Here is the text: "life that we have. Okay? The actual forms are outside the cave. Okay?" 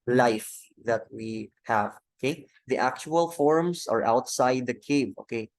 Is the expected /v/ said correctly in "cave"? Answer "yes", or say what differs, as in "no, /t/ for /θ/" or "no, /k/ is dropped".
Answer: no, /b/ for /v/